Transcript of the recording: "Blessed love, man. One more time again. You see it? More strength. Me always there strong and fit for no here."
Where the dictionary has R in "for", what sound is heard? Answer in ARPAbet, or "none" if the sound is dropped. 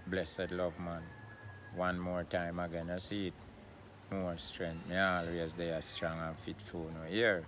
L